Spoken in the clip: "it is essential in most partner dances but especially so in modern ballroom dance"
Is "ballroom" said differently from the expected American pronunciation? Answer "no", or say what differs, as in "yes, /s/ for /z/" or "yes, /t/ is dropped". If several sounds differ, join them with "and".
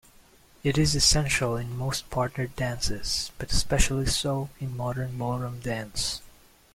yes, /l/ is dropped